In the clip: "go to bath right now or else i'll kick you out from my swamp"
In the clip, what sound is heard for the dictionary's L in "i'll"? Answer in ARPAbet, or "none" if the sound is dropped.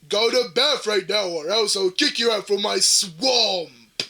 W